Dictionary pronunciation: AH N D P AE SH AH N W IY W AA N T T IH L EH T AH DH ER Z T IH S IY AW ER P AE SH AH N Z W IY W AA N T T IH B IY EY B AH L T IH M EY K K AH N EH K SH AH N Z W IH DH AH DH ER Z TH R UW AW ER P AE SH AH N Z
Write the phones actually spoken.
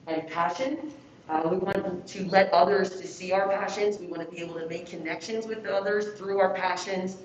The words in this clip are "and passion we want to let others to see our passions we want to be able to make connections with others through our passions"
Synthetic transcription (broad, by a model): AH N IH P AE SH AH N W IY W AA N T T IH L EH T AH DH ER Z T IH S IY AW ER P AE SH AH N Z W IY W AA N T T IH B IY EY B L T IH M EY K K AH N EH K SH AH N Z W IH DH AH DH ER Z TH R UW AW ER P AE SH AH N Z